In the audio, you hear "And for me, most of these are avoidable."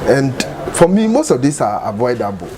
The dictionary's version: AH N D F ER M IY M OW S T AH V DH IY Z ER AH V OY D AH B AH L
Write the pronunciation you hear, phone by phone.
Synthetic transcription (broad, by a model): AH N D F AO M IY M OW S T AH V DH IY S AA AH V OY D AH B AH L